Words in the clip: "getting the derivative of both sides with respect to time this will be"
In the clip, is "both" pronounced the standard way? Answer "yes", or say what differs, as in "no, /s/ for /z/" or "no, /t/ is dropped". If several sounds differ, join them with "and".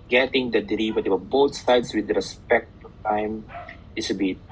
no, /t/ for /θ/